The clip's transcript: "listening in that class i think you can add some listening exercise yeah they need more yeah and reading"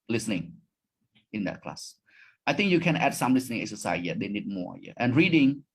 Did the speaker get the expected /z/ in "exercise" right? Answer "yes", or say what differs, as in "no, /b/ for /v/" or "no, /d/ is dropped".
no, /z/ is dropped